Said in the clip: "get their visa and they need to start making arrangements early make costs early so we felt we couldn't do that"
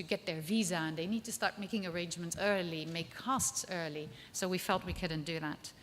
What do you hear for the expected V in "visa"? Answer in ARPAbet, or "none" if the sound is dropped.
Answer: V